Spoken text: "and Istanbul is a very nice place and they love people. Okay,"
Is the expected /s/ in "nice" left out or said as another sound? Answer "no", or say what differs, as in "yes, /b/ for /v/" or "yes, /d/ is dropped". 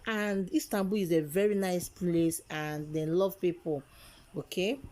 no